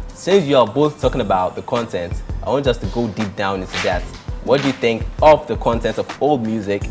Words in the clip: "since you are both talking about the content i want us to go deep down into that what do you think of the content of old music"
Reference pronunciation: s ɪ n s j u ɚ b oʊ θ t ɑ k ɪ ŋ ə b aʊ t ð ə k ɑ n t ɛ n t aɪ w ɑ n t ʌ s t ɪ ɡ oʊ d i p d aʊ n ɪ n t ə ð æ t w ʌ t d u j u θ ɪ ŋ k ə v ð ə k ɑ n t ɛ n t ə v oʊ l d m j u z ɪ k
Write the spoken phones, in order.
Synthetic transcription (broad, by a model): s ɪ n s j u ɚ b oʊ θ t ɑ k ɪ ŋ ə b aʊ t ð ə k ɑ n t ɛ n t aɪ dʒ ʌ s t ɪ ɡ oʊ d i p d aʊ n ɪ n s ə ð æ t w ʌ t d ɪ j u θ ɪ ŋ k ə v ð ə k ɑ n t ɛ n t ə v oʊ l d m j u z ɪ k